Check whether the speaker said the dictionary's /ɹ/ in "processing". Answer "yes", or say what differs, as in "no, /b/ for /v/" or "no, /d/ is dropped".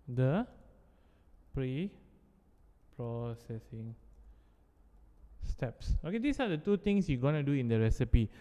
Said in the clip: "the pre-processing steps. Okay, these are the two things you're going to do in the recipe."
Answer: yes